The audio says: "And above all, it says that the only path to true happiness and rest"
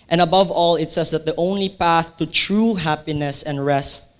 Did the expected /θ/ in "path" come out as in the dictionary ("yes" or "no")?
yes